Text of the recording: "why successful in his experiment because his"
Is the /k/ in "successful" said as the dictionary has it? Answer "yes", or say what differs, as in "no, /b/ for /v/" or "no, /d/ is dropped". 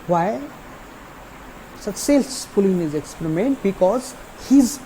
no, /k/ is dropped